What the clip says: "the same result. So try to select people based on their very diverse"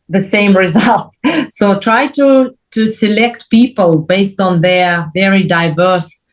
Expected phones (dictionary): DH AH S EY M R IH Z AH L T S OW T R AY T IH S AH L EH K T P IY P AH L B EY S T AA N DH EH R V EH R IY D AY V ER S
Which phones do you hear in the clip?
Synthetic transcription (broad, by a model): DH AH S EY M R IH Z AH L T S OW T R AY T IH S AH L EH K T P IY P AH L B EY S T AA N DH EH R V EH R IY D AY V ER S